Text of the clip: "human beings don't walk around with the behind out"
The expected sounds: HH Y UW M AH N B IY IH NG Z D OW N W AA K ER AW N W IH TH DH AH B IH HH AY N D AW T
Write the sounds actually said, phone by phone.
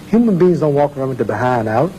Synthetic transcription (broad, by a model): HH Y UW M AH N B IY IH NG Z D OW N W AA K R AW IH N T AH B IH HH AY N D AW T